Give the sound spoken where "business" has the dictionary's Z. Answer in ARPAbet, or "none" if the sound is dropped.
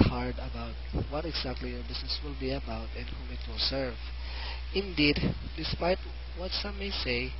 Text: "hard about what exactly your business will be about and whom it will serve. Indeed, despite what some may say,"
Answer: S